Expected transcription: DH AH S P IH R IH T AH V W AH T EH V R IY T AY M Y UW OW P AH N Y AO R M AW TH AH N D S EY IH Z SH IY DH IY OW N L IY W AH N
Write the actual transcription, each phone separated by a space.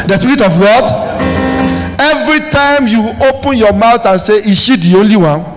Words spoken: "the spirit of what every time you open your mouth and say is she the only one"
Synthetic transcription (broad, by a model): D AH S P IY R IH T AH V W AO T EH V R IY T AY M Y UW OW P AH N Y AO M AW T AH N S EY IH SH IY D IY OW N L IY W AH N